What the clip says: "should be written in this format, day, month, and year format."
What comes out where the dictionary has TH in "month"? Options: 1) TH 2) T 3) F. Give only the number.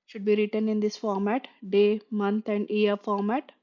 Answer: 2